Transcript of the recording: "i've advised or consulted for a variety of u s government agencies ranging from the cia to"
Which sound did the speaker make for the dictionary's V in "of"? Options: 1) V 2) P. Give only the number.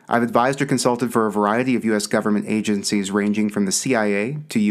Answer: 1